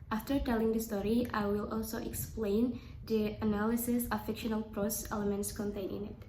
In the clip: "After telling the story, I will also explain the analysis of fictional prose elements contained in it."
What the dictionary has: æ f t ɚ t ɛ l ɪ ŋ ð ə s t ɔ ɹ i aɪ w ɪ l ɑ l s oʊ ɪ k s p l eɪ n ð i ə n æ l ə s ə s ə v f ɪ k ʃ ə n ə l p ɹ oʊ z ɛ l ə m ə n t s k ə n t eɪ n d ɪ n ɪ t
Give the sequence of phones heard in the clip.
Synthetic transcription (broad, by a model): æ f t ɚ t ɛ l ɪ ŋ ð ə s t ɔ ɹ i aɪ w ɪ l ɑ l s oʊ ɪ k s p l eɪ n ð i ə n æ l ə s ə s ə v f ɪ k ʃ ə n ə l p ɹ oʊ s ɛ l ə m ə n t s k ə n t eɪ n ɪ n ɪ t